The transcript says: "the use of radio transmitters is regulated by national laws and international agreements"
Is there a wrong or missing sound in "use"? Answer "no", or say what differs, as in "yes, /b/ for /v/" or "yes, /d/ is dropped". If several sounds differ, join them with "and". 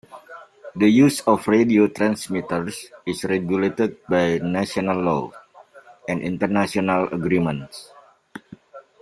no